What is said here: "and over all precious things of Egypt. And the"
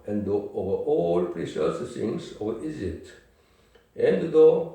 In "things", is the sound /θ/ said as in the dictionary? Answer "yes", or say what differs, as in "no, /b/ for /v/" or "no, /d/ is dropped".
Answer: no, /s/ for /θ/